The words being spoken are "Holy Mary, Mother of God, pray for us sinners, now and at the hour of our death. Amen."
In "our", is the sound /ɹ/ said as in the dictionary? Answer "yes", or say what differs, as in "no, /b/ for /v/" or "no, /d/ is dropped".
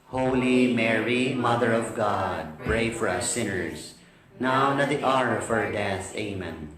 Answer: yes